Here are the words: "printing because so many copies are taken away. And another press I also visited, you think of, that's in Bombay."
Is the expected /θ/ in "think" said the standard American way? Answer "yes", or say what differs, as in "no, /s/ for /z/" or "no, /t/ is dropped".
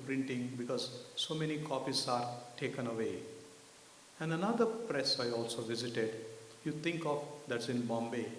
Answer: no, /t/ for /θ/